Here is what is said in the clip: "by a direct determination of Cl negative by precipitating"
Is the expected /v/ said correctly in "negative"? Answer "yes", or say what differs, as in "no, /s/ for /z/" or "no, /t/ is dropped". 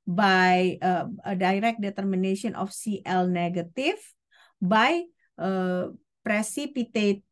no, /f/ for /v/